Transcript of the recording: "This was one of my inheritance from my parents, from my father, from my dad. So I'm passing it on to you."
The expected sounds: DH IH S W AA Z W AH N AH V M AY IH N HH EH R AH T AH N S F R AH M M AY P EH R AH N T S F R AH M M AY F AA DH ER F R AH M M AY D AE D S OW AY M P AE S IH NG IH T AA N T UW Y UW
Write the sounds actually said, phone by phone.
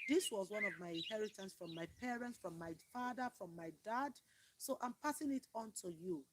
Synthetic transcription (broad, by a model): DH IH S W AA Z W AH N AH V M AY IH N HH EH R AH T AH N S F R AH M M AY P EH R AH N T S F R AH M M AY F AA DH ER F R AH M M AY D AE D S OW AY M P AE S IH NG IH T AA N T UW Y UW